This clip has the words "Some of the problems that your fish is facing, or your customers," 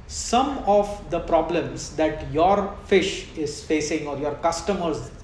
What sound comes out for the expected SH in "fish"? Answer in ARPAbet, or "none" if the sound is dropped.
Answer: SH